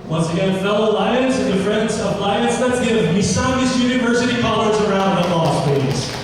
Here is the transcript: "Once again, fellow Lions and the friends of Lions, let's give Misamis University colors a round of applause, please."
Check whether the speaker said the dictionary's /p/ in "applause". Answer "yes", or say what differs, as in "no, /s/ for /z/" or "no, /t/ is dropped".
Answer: no, /p/ is dropped